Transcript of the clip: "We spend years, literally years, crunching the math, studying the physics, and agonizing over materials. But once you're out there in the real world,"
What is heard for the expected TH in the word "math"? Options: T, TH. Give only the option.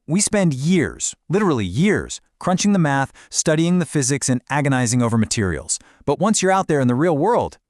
TH